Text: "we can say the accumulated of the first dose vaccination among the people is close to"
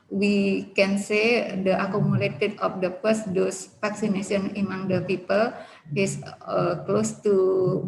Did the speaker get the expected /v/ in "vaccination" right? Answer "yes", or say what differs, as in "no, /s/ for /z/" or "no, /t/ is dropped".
no, /f/ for /v/